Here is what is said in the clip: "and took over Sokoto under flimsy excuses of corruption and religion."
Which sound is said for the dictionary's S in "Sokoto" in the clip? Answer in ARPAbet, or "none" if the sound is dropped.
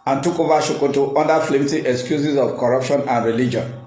SH